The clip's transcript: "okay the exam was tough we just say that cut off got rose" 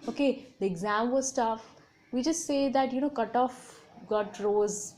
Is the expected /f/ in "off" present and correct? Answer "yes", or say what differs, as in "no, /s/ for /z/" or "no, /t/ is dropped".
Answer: yes